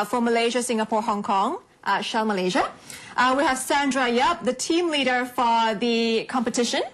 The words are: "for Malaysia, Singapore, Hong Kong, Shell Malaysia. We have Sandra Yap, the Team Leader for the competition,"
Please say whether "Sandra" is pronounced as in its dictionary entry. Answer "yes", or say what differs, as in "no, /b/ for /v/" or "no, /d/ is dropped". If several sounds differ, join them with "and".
yes